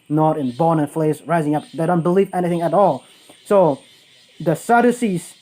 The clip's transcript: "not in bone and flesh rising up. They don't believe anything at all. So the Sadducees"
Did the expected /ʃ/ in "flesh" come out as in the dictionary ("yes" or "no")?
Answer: no